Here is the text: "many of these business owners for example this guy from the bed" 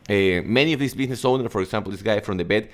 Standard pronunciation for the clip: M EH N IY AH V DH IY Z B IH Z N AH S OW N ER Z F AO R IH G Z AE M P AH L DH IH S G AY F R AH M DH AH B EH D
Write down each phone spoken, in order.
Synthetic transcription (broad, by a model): M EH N IY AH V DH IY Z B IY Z N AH S OW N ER F AO R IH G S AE M P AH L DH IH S G AY F R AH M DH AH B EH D